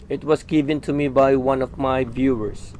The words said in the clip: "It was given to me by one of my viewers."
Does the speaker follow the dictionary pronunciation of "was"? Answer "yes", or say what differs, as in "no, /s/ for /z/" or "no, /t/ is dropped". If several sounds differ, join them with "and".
no, /s/ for /z/